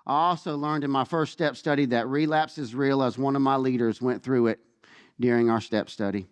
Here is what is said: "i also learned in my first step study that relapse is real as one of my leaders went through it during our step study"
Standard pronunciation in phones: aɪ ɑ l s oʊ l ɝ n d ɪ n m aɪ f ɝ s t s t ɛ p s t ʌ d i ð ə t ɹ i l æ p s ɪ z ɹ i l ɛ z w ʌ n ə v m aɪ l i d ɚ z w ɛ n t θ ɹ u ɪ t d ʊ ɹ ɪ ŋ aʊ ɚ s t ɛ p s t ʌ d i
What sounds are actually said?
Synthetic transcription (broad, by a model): aɪ ɑ l s oʊ l ɝ n d ɪ n m aɪ f ɝ s t s t ɛ p s t ʌ d i ð ə t ɹ i l æ p s ɪ z ɹ i l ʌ z w ʌ n ə v m aɪ l i d ɚ z w ɛ n θ ɹ u ɪ t d ʊ ɹ ɪ ŋ aʊ ɚ s t ɛ p s t ʌ d i